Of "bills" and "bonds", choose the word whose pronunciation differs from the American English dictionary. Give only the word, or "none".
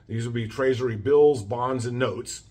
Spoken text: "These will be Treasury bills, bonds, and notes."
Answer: none